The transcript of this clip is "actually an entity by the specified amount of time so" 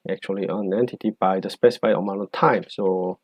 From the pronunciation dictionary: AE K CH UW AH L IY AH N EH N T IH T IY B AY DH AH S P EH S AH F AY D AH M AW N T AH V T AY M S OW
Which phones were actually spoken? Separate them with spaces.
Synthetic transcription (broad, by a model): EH K CH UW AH L IY AH N EH N T IH T IY B AY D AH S P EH S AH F AY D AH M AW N AH T AY M S OW